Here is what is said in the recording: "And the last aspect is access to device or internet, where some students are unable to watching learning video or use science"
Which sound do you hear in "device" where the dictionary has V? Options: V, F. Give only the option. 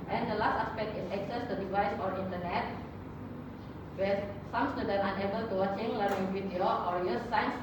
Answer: V